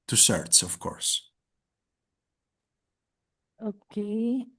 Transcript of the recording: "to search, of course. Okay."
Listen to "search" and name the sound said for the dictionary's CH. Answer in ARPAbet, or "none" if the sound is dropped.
S